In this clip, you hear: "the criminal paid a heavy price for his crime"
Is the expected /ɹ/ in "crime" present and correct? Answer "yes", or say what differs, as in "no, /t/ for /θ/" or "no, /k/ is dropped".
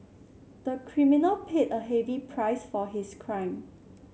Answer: yes